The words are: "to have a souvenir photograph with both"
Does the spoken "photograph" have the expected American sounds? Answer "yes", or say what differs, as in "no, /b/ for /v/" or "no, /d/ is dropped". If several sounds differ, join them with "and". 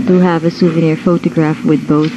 yes